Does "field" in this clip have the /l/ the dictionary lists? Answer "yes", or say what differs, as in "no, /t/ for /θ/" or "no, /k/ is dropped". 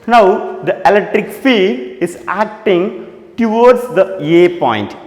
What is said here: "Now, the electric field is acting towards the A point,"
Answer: no, /l/ is dropped